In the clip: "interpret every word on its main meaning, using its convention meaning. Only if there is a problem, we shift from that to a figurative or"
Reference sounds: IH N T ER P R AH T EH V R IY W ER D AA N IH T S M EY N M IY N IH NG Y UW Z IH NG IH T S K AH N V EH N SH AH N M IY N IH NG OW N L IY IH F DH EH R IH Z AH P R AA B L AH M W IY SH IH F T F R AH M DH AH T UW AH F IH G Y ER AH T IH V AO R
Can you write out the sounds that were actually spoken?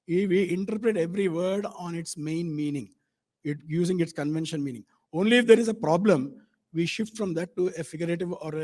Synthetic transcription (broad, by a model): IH N T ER P R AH T EH V R IY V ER D AA N IH T S M EY N M IY N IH NG Y UW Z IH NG IH T S K AH N V EH N SH AH N M IY N IH NG OW N L IY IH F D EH R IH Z AH P R AA B L AH M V IY SH IH F T F R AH M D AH T UW AH F IH G Y ER AH T IH V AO R